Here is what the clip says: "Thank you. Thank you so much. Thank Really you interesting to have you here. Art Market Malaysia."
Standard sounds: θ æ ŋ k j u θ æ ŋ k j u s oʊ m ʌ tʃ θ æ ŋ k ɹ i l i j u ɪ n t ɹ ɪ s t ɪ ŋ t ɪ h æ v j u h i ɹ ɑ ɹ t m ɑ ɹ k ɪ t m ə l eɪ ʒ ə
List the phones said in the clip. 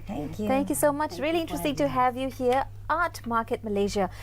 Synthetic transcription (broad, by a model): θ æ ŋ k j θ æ ŋ k j u s oʊ m ʌ tʃ ɹ i l i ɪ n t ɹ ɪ s t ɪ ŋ t ɪ h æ v j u h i ɹ ɑ ɹ t m ɑ ɹ k ɪ t m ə l eɪ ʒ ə